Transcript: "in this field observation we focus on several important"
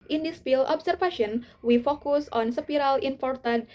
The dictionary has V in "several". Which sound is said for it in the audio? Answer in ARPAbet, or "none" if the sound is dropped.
P